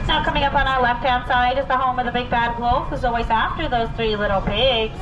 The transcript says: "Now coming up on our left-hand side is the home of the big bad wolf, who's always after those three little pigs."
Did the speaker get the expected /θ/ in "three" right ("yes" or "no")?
yes